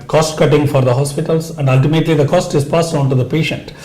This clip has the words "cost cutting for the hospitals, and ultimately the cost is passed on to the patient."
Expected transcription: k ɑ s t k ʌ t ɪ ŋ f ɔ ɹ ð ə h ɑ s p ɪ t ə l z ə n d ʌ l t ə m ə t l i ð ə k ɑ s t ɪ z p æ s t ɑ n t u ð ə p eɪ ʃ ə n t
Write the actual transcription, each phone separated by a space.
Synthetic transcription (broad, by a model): k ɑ s t k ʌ t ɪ ŋ f ɔ ɹ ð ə h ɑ s p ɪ t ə l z ə n d ʌ l t ə m ə t l i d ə k ɑ s t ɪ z p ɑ s ɑ n t u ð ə p eɪ ʃ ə n t